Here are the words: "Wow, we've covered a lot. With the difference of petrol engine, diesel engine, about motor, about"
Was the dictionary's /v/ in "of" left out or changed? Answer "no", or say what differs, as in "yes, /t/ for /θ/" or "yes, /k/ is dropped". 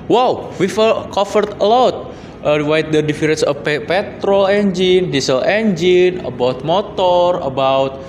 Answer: yes, /p/ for /v/